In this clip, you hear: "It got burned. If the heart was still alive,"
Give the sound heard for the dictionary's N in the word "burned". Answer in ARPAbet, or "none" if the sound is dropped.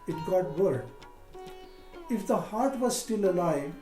none